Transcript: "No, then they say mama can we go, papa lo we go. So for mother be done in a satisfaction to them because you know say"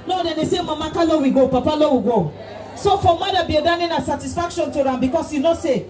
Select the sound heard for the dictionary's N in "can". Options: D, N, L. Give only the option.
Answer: L